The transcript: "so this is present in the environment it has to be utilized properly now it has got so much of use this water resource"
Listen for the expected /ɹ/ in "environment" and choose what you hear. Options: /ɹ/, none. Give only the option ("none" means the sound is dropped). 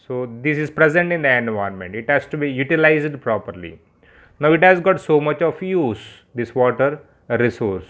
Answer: none